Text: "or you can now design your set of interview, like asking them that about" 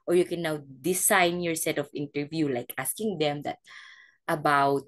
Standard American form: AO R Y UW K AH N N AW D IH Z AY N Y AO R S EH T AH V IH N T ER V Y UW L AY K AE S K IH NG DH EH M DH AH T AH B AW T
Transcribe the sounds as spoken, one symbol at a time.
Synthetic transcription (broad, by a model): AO R Y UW K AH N N AW D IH S AY N Y AO R S EH T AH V IH N T ER V Y UW L AY K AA S K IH NG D EH M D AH T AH B AW T